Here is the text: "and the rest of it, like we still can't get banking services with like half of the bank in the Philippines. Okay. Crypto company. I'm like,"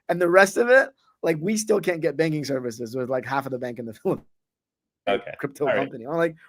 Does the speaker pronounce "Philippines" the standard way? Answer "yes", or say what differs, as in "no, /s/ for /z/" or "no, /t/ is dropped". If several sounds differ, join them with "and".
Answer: no, /p/ is dropped